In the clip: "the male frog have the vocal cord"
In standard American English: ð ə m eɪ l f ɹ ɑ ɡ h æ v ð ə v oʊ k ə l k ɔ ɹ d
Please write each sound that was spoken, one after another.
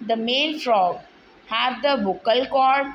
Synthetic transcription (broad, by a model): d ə m eɪ n f ɹ ɑ ɡ h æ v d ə b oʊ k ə l k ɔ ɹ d